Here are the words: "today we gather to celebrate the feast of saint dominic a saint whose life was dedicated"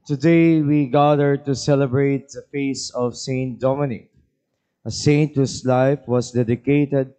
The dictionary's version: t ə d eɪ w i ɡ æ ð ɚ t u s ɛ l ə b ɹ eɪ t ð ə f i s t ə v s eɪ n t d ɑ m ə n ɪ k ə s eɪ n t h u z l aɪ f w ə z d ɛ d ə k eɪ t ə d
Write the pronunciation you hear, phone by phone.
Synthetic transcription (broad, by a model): t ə d eɪ w i ɡ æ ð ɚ t u s ɛ l ə b ɹ eɪ t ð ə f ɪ s ə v s eɪ n t d ɑ m ə n ɪ k ə s eɪ n t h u s l aɪ f w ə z d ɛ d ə k eɪ t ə d